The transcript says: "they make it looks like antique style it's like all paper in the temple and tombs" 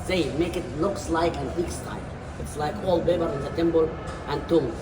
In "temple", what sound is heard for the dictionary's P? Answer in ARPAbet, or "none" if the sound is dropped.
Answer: B